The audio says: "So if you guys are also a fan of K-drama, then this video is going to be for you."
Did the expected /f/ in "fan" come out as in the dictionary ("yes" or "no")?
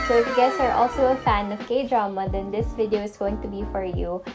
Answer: yes